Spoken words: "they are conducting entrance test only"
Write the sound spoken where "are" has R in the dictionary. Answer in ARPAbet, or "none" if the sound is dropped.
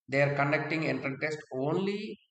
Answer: R